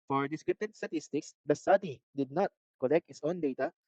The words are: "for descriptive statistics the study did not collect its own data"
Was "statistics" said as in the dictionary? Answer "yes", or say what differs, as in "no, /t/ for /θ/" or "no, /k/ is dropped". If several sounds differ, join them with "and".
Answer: yes